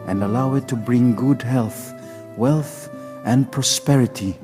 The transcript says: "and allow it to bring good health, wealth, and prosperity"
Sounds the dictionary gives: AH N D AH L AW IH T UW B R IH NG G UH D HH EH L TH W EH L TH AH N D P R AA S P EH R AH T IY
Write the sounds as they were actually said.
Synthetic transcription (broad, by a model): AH N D AH L AW IH T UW B R IH NG G UH D HH EH L TH W EH L TH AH N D P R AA S P EH R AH T IY